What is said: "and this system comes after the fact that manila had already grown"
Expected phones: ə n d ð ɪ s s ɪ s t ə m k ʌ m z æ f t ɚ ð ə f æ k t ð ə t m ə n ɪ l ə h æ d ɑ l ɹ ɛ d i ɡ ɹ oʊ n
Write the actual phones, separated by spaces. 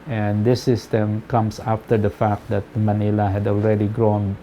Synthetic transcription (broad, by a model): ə n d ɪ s s ɪ s t ə m k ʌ m s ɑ f t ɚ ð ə f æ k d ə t m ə n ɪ l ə h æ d ɑ l ɹ ɛ d i ɡ ɹ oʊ n